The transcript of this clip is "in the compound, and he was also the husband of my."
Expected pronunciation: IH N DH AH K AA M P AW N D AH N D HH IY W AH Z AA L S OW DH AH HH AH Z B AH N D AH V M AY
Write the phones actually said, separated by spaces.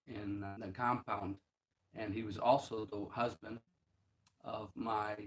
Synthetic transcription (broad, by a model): IH N DH AH K AA M P AW N D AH N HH IY W AH Z AA L S OW DH AH HH AH Z B AH N D AH V M AY